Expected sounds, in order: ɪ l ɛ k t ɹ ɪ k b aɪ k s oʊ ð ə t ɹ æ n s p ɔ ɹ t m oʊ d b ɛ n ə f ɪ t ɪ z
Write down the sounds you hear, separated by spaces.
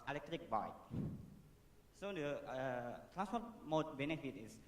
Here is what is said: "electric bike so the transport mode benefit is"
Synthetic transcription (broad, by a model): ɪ l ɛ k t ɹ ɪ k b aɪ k s oʊ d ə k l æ s ɔ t m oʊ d b ɛ n ə f ɪ t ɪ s